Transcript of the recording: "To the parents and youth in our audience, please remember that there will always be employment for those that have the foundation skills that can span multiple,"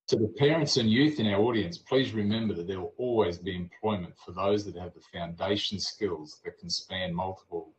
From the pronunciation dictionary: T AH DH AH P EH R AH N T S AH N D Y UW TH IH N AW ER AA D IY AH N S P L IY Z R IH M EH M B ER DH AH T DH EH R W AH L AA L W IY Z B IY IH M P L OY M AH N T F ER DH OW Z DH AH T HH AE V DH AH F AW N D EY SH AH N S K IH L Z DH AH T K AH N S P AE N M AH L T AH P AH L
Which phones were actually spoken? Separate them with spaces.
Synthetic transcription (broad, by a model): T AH DH AH P EH R AH N T S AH N Y UW TH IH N AW ER AA D IY AH N S P L IY Z R IH M EH M B ER DH AH T DH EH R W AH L AA L W IY Z B IY IH M P L OY M AH N T F ER DH OW Z DH AH T HH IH V DH AH F AW N D EY SH N S K IH L Z DH AH T K N S P AE N M AH L T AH P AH L